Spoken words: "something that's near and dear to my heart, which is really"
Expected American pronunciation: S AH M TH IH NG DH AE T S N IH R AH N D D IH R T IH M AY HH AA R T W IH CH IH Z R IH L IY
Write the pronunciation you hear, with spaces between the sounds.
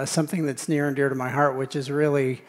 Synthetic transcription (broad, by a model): S AH M TH IH NG DH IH T S N IH R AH N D D IH R T IH M AY HH AA R T W IH CH IH Z R IH L IY